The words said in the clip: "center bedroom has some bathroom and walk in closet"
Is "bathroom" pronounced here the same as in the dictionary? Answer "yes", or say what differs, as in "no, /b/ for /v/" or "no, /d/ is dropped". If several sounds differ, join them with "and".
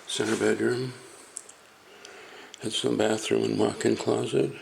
yes